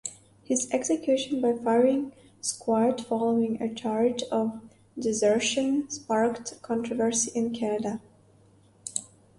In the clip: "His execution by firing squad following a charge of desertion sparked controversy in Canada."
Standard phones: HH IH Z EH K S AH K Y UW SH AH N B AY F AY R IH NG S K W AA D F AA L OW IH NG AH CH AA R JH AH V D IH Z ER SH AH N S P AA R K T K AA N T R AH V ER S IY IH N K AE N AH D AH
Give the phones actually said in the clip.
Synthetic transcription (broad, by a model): HH IH Z EH K S AH K Y UW SH AH N B AY F AY R IH NG S K W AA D F AA L OW IH NG AH CH AA R JH AH V D IH Z ER SH AH N S P AA R K T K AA N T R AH V ER S IY IH N K AE N AH D AH